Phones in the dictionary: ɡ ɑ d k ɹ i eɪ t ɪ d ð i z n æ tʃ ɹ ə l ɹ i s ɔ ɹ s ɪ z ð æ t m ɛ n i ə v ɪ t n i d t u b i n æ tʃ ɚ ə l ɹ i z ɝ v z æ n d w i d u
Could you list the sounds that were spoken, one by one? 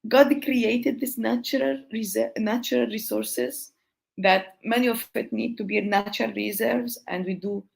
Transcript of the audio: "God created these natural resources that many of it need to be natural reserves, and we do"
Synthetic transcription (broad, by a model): ɡ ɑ d k ɹ i eɪ t ɪ d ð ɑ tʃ n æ tʃ ɹ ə l ɹ i s ɔ ɹ s ɪ z ð æ t m ɛ n i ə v ɪ t n i d t u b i n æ tʃ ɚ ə l ɹ i z ɝ v z æ n d w i d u